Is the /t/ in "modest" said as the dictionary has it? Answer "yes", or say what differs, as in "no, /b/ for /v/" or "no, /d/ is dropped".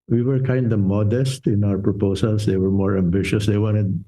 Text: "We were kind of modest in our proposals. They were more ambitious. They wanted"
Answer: yes